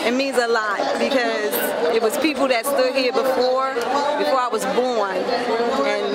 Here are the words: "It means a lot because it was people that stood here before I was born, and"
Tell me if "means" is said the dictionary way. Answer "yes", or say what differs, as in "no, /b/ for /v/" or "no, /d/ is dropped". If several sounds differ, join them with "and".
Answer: no, /n/ is dropped